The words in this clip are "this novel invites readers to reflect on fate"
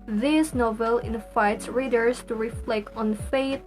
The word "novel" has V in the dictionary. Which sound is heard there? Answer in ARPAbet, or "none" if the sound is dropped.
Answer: V